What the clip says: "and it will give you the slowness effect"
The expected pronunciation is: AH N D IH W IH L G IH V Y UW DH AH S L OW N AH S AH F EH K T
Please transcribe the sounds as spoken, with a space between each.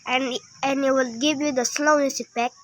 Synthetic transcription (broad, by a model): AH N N IH W IH L G IH V Y UW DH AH S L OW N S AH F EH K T